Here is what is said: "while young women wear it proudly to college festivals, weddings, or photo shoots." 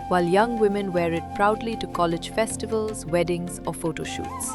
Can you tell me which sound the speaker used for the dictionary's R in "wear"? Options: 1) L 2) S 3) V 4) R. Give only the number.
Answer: 4